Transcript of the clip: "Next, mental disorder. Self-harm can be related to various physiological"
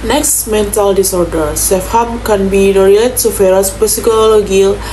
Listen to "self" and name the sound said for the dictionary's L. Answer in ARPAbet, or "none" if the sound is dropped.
none